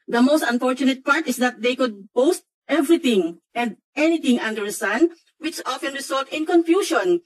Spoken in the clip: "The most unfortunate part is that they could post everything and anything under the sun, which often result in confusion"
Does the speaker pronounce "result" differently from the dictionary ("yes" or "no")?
yes